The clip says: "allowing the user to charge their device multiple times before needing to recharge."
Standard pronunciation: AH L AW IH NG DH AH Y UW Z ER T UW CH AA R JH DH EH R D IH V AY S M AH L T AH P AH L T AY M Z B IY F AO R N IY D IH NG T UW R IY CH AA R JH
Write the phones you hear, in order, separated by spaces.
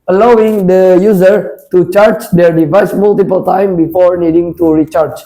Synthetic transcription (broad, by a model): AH L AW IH NG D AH Y UW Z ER T UW CH AA R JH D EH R D IH V AY S M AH L T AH P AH L T AY M B IY F AO R N IY D IH NG T UW R IY CH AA R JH